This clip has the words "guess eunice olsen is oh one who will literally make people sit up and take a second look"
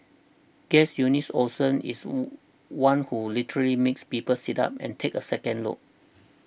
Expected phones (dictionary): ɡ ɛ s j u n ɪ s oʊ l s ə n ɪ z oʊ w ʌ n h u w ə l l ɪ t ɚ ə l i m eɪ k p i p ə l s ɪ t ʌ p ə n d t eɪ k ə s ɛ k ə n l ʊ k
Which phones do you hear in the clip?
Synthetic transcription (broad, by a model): ɡ ɛ s j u n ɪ s oʊ s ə n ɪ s w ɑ n h u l l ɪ t ɚ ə l i m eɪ k p i p ə l s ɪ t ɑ p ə n t eɪ k ə s ɛ k ə n l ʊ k